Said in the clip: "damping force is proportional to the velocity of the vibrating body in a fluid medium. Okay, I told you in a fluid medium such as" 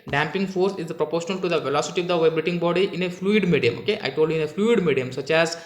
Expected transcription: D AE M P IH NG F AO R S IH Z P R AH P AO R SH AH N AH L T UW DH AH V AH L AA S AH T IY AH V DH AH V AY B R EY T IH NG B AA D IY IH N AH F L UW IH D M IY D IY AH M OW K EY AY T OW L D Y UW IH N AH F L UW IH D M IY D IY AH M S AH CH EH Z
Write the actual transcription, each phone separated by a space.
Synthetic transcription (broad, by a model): D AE M P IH NG F AO R S IH Z P R AH P AO R SH AH N AH L T UW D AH V AH L AA S AH T IY AH V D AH V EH B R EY T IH NG B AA D IY IH N AH F L UW IH D M IY D IY AH M OW K EY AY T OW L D IH N AH F L UW IH D M IY D IY AH M S AH CH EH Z